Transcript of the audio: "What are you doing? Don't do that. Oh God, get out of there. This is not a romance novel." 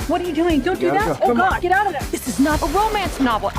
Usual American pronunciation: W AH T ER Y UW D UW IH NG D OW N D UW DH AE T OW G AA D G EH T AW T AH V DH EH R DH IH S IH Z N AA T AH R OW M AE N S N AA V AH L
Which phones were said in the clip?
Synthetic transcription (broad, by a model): W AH T ER Y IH D UW IH NG D OW N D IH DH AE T OW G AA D G EH T AW T AH V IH DH IH S IH Z N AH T AH R OW M AE N S N AA V L